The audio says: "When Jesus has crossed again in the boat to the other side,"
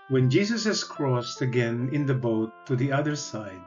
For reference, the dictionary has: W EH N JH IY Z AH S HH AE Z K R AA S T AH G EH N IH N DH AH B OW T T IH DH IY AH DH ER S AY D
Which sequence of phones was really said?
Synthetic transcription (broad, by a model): W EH N JH IY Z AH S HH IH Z K R AA S T AH G EH N IH N DH AH B OW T T IH DH IY AH DH ER S AY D